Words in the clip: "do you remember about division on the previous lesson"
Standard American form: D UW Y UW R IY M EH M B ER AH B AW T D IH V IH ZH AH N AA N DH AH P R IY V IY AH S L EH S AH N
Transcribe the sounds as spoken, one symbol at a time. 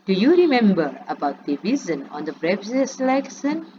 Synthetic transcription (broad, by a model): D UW Y UW R IY M EH M B ER AH B AW T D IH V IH Z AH N AA N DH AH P R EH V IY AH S L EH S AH N